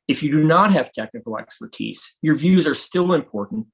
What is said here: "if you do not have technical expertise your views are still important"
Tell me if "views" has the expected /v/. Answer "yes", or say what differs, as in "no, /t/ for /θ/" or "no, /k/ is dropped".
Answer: yes